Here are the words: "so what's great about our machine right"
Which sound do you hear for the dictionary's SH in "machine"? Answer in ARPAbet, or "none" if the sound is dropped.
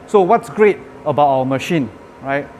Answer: SH